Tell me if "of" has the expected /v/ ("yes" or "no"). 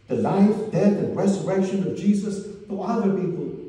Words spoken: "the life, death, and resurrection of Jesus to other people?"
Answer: yes